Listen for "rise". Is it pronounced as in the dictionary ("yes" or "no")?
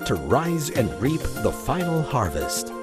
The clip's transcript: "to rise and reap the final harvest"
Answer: yes